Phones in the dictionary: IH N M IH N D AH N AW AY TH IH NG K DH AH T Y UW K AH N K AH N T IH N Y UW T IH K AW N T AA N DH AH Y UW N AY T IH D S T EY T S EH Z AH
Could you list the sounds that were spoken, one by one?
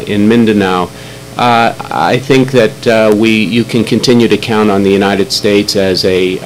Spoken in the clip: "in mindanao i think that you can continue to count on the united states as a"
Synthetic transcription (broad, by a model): IH N M IH N D AH N AW AY TH IH NG K DH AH T Y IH K AH N K AH N T IH N Y UW T IH K AW N T N DH AH Y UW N AY T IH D S T EY T S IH Z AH